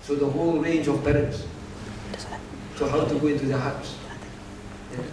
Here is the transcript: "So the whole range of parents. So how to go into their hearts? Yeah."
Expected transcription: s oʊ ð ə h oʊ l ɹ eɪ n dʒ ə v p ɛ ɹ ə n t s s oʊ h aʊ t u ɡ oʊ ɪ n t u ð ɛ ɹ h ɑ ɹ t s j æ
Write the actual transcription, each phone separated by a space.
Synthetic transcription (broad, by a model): s oʊ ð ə h oʊ l ɹ eɪ n dʒ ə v b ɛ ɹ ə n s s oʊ h aʊ t u ɡ oʊ ɪ n t u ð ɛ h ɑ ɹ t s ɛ